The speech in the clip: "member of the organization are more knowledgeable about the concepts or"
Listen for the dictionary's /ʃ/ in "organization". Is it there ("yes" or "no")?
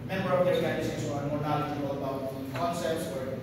no